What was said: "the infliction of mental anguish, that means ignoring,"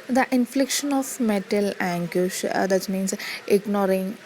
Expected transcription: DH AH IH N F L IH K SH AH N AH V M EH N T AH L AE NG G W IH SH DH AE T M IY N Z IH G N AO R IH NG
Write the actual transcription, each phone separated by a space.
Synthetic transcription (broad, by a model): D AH IH N F L IH K SH AH N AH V M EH T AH L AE NG G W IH SH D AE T M IY N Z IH G N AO R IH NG